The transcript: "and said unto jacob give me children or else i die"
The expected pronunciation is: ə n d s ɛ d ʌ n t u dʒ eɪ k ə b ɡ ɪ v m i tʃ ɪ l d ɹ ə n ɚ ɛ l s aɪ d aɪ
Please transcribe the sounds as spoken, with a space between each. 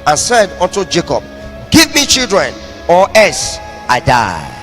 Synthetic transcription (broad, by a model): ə n s ɛ d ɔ n t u dʒ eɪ k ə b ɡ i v m i tʃ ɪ l d ɹ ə n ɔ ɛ s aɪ d aɪ